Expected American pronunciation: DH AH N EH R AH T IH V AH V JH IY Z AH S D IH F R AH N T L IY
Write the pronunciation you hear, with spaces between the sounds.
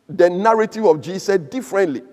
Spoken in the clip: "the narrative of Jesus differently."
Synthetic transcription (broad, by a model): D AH N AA R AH T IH V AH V JH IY S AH D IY F R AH N T L IY